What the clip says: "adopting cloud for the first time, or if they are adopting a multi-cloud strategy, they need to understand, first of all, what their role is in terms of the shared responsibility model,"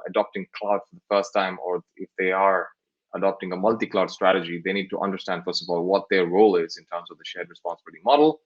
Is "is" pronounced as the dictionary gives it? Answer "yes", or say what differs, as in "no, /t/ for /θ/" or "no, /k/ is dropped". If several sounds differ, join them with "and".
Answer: yes